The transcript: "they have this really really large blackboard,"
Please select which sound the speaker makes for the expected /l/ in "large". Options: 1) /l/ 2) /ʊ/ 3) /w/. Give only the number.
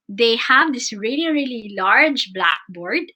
1